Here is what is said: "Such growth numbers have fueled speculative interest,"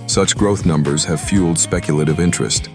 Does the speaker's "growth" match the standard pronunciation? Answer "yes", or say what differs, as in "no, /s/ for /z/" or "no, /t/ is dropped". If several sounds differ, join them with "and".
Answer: yes